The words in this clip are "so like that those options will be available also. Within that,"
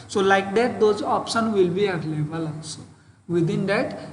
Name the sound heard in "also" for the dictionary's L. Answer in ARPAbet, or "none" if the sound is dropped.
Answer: none